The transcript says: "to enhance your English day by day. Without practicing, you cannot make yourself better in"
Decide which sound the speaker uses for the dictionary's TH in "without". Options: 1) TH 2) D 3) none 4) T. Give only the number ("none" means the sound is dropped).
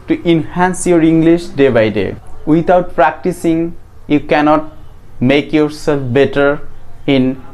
4